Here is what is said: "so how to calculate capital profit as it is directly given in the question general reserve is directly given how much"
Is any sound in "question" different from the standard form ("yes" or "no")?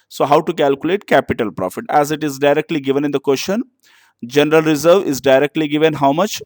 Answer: yes